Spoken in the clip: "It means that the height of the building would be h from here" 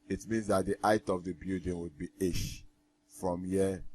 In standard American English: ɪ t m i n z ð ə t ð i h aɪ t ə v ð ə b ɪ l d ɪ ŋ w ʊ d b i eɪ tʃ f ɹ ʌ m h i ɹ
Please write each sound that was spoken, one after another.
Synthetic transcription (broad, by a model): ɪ t m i n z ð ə t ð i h aɪ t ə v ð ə b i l d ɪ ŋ w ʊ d b i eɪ ʃ f ɹ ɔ m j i